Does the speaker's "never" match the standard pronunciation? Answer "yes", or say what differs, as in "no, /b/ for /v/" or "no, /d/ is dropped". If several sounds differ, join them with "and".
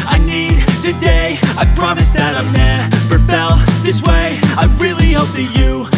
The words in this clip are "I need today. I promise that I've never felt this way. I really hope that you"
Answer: no, /p/ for /v/